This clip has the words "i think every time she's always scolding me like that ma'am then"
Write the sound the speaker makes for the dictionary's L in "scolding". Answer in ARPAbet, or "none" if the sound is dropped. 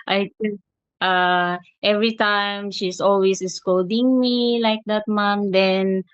none